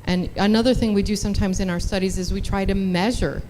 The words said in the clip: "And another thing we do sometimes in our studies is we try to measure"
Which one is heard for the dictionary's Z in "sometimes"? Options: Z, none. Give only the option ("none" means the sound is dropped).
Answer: Z